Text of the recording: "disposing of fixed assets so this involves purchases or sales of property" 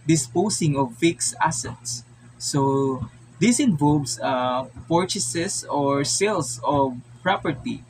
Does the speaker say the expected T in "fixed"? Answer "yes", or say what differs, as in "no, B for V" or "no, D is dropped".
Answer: no, T is dropped